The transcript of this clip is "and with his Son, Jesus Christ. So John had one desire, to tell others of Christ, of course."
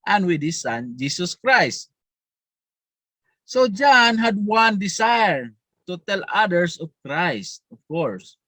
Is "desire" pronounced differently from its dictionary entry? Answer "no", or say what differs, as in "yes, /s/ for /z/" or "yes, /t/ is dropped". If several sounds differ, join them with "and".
yes, /s/ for /z/